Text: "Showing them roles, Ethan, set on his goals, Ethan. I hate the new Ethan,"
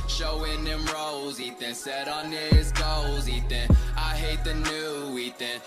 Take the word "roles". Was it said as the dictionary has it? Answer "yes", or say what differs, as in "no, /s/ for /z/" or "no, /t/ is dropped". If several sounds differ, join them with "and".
yes